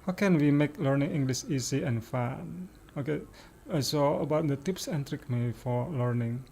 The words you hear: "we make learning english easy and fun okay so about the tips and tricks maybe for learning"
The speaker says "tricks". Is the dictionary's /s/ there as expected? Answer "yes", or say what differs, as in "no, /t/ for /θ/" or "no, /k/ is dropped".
no, /s/ is dropped